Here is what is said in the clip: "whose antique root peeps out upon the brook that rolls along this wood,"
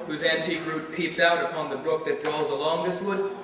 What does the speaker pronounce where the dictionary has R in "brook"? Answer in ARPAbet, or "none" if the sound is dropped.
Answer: R